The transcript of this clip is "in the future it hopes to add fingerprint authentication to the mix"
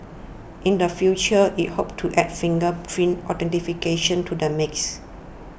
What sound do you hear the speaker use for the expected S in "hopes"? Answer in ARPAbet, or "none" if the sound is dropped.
none